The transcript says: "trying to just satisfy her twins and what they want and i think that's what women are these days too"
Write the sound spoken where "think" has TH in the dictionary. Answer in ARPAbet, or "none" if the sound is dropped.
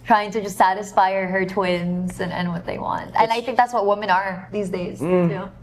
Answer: TH